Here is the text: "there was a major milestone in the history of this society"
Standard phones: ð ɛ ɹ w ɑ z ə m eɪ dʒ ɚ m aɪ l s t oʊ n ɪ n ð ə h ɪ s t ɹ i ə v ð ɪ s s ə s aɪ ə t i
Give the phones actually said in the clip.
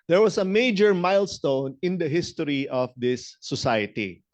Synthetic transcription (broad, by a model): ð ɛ ɹ w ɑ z ə m eɪ dʒ ɚ m aɪ l s t oʊ n ɪ n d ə h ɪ s t ɹ i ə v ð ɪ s s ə s aɪ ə t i